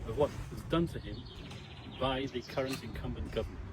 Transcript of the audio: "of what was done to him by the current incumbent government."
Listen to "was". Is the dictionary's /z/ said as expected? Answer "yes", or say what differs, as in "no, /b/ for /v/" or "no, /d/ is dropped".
yes